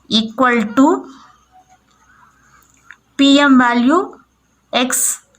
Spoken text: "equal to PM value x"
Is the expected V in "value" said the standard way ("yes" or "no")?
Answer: no